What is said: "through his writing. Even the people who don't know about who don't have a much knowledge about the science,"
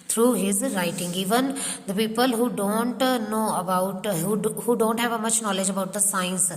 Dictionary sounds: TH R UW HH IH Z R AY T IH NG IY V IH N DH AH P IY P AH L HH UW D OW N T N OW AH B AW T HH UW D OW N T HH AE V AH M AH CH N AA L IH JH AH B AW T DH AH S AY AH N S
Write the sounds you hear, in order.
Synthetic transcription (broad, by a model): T R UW HH IH Z R AY T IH NG IY V IH N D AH P IY P AH L HH UW D OW N T N OW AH B AW T HH UW D OW N T HH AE V AH M AH CH N AA L IH JH AH B AW T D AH S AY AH N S